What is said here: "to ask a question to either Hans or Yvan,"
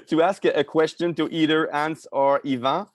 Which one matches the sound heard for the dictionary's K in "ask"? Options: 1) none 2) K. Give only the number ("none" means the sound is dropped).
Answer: 2